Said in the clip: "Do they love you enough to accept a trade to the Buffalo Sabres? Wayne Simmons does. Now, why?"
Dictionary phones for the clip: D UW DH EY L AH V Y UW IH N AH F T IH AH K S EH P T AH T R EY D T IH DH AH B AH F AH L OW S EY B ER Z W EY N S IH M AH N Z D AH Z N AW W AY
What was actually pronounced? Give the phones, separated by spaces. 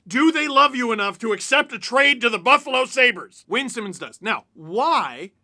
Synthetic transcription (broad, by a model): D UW DH EY L AH V Y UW IH N AH F T IH AH K S EH P T AH T R EY D T IH DH AH B AH F AH L OW S EY B ER Z W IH N S IH M AH N Z D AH S N AW W AY